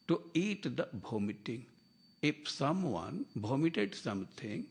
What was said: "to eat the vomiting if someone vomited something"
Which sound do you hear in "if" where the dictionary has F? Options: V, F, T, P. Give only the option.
P